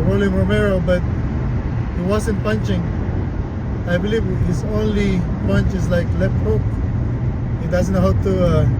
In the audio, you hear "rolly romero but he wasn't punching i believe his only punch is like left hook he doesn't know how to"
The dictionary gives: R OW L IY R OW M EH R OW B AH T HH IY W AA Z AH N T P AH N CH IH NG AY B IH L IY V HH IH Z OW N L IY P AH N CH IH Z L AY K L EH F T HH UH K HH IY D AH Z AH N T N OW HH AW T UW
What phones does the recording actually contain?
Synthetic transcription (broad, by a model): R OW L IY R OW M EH R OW B AH T HH IY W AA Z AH N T P AH N CH IH NG AY B IH L IY V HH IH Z OW N L IY P AH N CH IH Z L AY K L EH F T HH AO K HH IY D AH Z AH N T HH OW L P T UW